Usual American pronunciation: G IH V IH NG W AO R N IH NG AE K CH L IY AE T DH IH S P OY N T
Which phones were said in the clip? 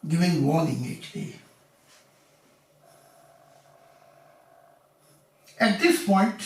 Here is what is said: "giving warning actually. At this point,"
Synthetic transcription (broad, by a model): G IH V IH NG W AO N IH NG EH CH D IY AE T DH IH S P OY N T